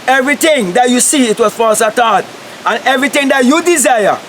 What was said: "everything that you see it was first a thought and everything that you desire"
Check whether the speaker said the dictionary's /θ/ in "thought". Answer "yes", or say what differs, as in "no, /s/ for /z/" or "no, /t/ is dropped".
no, /t/ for /θ/